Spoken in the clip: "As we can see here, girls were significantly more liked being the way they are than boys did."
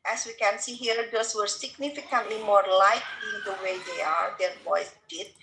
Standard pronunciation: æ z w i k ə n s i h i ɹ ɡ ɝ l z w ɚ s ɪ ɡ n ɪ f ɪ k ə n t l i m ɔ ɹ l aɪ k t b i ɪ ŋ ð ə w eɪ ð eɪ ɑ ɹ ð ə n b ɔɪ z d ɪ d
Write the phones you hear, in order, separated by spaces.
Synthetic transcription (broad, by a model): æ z w i k ə n s i h i ɹ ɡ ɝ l s w ɚ s ɪ ɡ n ɪ f ɪ k ə n t l i m ɔ ɹ l aɪ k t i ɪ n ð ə w eɪ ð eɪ ɑ ɹ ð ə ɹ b ɔɪ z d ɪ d